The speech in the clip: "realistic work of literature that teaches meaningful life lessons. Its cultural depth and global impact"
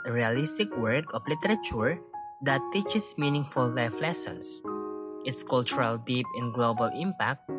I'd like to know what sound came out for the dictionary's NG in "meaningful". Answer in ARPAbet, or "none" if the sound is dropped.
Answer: NG